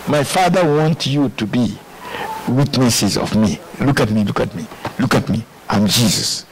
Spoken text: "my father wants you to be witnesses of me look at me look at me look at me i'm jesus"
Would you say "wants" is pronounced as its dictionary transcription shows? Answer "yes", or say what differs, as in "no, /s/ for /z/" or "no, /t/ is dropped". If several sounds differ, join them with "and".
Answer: no, /s/ is dropped